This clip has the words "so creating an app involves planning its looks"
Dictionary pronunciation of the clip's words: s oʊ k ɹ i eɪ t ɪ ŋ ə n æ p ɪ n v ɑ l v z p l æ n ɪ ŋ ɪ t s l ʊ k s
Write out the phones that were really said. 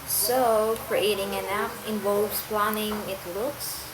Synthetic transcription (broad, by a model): s oʊ k ɹ i eɪ t ɪ ŋ ə n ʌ f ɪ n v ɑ l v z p l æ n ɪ ŋ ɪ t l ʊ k s